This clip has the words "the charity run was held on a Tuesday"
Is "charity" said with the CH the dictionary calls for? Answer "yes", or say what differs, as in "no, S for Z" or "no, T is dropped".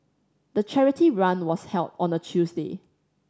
yes